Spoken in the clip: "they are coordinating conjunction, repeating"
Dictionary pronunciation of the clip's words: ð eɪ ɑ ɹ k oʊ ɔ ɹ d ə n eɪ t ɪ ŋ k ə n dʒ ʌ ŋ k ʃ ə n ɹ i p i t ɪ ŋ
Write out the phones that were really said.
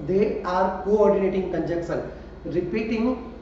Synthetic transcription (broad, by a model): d eɪ ɑ ɹ k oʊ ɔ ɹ d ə n eɪ t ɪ ŋ k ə n dʒ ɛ k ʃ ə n ɹ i p i t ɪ ŋ